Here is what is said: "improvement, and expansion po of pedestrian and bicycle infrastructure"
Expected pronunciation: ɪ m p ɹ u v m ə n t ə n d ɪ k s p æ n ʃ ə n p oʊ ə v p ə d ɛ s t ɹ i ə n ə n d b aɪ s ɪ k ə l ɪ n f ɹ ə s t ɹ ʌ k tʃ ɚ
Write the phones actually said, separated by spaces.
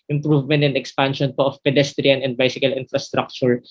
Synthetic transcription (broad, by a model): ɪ m p ɹ u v m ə n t ə n d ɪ k s p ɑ n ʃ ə n p oʊ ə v p ə d ɛ s t ɹ i ə n ə n d b aɪ s ɪ k ə l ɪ n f ɹ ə s t ɹ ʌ k tʃ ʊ